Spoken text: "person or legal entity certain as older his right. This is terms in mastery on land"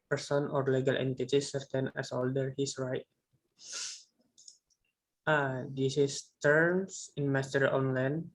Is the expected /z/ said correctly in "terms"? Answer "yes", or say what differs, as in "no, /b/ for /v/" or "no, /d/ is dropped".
no, /s/ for /z/